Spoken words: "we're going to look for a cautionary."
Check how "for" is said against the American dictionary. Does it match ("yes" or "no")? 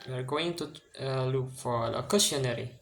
no